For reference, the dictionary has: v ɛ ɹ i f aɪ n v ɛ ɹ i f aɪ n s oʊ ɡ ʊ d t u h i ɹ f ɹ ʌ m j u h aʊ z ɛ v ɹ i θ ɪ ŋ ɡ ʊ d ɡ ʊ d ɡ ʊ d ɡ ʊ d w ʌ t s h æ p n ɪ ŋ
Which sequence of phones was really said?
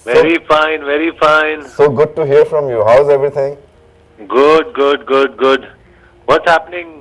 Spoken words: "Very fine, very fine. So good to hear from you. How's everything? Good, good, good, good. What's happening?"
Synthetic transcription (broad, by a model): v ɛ ɹ i f aɪ n v ɛ ɹ i f aɪ n s oʊ ɡ ʊ d t u h i ɹ f ɹ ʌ m j u h aʊ z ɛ v ɹ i t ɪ ŋ ɡ ʊ d ɡ ʊ d ɡ ʊ d ɡ ʊ d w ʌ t s h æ p n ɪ ŋ